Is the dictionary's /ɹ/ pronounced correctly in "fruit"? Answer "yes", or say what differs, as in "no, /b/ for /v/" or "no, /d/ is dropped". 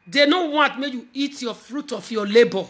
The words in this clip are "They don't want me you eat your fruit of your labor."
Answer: yes